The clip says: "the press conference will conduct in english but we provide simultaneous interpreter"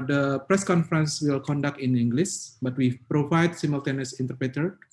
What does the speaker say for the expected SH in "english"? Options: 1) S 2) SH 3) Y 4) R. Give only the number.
1